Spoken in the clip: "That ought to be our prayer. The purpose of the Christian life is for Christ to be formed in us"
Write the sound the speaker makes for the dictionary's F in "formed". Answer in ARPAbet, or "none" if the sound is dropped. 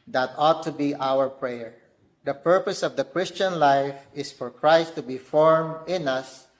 F